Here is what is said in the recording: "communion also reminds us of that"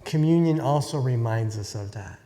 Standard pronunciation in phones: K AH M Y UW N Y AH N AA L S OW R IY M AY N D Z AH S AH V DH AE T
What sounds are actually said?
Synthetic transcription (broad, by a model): K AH M Y UW N Y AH N AA L S OW R IY M AY N D Z AH S AH V DH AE T